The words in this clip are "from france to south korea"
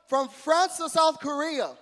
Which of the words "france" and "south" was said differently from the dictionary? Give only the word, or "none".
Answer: none